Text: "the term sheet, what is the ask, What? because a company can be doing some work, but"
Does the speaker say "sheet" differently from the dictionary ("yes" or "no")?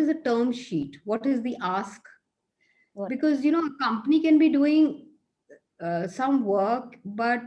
no